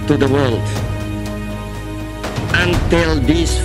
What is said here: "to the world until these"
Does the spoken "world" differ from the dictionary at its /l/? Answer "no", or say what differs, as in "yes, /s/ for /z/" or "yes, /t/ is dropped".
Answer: no